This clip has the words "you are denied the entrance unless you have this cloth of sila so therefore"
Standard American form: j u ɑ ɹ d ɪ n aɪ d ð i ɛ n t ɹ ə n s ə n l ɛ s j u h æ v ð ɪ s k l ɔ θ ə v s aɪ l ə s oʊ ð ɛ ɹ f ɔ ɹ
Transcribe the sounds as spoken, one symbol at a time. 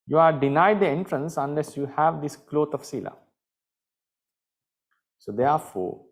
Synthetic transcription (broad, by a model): j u ɑ ɹ d ɪ n aɪ d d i ɛ n t ɹ ə n s ə n l ɛ s j u h æ v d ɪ s k l ɔ t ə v s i l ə s oʊ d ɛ ɹ f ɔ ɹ